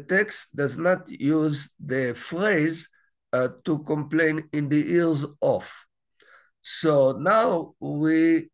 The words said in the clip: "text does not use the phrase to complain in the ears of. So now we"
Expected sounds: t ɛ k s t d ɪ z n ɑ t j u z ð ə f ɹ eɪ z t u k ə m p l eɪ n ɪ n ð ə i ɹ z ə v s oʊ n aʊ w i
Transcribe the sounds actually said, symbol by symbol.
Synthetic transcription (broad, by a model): t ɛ k s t d ɪ z n ɑ t j u z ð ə f ɹ eɪ z t u k ə m p l eɪ n ɪ n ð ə i ɹ z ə f s oʊ n aʊ w i